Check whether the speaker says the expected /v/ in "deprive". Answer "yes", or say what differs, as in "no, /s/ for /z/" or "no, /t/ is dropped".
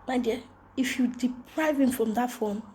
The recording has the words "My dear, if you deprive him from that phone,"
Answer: yes